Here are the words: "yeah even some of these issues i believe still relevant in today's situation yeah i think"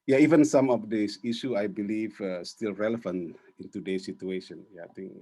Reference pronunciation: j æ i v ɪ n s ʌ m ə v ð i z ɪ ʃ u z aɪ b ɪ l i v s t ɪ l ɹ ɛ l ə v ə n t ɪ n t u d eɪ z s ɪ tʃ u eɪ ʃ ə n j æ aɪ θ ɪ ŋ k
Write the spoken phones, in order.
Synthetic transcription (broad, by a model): j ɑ i v ɪ n s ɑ m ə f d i s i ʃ u aɪ b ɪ l i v s t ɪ l ɹ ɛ l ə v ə n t ɪ n t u d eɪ s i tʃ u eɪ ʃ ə n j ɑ aɪ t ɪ ŋ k